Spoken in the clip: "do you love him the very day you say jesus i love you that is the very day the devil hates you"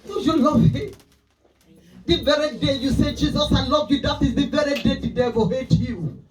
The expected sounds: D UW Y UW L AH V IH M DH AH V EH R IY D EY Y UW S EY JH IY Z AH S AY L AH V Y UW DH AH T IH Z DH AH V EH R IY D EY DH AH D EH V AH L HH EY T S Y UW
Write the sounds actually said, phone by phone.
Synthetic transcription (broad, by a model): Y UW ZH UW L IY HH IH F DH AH V EH R IY D EY Y UW S EY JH IY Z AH S AY L AH V Y UW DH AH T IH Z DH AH V EH R IY D EY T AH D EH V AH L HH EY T Y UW